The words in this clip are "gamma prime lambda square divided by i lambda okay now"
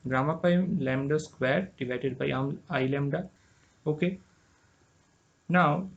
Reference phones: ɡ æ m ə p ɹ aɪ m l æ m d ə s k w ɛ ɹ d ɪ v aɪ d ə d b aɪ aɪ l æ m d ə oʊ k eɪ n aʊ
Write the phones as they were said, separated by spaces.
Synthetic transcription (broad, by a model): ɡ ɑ m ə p aɪ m l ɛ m d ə s k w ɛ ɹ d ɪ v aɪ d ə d b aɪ aɪ l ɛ m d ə oʊ k eɪ n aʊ